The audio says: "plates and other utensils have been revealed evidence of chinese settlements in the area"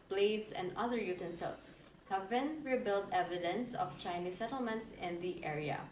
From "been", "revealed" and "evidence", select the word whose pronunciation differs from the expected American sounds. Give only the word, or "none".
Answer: revealed